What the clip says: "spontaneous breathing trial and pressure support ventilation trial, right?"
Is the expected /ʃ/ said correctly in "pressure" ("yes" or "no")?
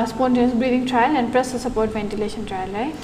no